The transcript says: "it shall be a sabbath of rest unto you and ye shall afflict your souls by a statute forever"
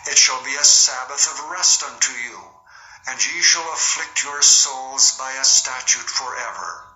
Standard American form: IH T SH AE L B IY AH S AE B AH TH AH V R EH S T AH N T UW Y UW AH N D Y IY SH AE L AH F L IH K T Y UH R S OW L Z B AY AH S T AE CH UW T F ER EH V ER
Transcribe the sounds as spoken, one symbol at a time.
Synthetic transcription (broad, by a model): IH T SH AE L B IY AH S AE B AH TH AH V R EH S T AH N T UW Y UW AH N Y IY SH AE L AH F L IH K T Y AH R S OW L Z B AY AH S T AE CH UW T F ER EH V ER